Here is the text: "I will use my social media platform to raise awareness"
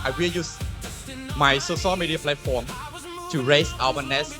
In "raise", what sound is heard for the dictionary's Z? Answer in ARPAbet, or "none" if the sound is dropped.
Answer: S